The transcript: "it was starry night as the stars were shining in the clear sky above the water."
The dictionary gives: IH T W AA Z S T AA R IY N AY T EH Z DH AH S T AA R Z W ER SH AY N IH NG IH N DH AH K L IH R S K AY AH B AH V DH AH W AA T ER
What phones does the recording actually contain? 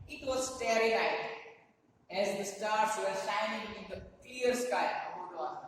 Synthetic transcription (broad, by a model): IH T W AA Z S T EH R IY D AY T EH Z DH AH S T AA R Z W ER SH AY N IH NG IH N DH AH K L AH R S K AY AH AH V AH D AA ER